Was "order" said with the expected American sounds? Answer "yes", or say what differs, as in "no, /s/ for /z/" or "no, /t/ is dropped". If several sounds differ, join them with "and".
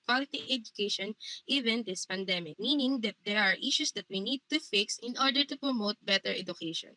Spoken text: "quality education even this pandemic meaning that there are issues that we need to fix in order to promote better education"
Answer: yes